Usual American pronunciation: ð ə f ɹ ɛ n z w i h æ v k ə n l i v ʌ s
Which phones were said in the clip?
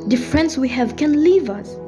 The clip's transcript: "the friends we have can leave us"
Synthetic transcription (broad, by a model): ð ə f ɹ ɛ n s w i h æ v k ə n l i v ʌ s